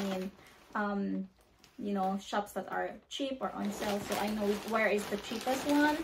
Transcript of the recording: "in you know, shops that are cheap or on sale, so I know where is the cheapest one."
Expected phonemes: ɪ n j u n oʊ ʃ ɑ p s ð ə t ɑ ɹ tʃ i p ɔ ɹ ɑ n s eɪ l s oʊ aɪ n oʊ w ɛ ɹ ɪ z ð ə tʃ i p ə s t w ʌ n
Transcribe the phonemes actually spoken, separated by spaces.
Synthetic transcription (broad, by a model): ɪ n j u n oʊ ʃ ɑ p s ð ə t ɑ ɹ tʃ i p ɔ ɹ ɑ n s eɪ l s oʊ aɪ n oʊ w ɛ ɹ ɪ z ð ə tʃ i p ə s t w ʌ n